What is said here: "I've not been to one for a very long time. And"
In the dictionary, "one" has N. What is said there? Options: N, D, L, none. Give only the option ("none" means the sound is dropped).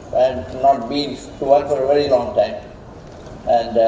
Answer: L